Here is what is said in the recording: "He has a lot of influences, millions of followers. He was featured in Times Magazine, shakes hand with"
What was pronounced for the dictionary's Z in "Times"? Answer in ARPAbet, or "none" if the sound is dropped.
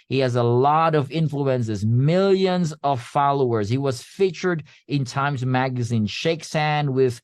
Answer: Z